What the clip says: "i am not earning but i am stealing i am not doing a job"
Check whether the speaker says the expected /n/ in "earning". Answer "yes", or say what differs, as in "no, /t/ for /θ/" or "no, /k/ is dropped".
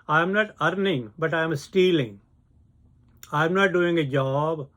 yes